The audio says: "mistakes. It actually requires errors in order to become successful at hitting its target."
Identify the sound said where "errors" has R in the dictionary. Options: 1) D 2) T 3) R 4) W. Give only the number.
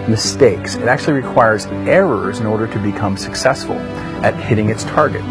3